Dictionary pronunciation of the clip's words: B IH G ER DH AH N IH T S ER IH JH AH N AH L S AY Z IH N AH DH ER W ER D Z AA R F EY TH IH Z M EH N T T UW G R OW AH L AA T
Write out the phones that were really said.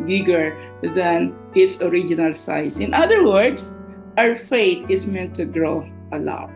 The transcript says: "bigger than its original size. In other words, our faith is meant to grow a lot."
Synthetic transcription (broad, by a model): B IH G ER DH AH N IH T S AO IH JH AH N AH L S AY S IH N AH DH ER W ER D S AA R F EY T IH S M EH N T T UW G R OW AH L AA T